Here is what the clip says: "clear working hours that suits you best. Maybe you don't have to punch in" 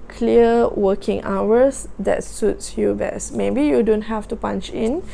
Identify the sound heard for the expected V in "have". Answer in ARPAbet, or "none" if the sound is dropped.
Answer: F